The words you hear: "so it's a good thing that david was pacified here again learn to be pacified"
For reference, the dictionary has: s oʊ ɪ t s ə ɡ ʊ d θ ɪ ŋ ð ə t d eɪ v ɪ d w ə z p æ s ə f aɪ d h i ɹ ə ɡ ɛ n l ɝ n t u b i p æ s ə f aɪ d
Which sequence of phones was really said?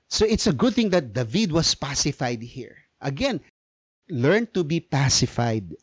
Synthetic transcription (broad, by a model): s oʊ ɪ t s ə ɡ ʊ d θ ɪ ŋ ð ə t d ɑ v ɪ d w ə s p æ s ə f aɪ d h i ɹ ə ɡ ɛ n l ɝ n t u b i p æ s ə f aɪ d